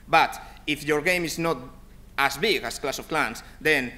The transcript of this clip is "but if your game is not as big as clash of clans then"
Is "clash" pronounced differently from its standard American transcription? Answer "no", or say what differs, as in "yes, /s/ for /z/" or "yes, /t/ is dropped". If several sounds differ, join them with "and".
yes, /s/ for /ʃ/